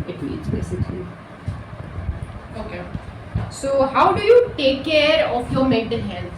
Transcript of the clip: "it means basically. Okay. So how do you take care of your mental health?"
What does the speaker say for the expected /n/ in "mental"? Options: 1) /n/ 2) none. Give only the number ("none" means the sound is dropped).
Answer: 2